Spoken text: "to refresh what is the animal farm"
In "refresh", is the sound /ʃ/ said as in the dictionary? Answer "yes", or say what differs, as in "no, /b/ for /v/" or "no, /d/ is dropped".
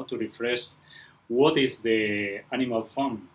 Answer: no, /s/ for /ʃ/